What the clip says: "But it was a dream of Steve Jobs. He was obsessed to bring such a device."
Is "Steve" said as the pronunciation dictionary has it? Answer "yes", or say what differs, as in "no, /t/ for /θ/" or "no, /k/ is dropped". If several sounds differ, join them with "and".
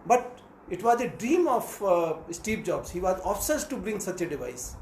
no, /p/ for /v/